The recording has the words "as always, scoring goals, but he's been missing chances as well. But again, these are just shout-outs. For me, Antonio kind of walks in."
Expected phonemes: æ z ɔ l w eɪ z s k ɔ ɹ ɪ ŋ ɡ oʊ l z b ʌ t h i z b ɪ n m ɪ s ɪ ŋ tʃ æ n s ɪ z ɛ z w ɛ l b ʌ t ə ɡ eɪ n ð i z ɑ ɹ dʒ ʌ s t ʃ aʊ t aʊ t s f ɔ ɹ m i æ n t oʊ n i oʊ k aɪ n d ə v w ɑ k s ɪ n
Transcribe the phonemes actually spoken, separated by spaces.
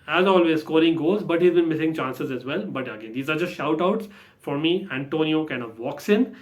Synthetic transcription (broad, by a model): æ z ɔ l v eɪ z s k ɔ ɹ ɪ ŋ ɡ oʊ z b ʌ t h i z b ɪ n m ɪ s ɪ ŋ tʃ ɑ n s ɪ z ɛ z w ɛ l b ʌ t ə ɡ eɪ n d i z ɑ ɹ dʒ ʌ s t ʃ aʊ t aʊ t s f ɔ ɹ m i æ n t oʊ n i oʊ k aɪ n d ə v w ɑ k s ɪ n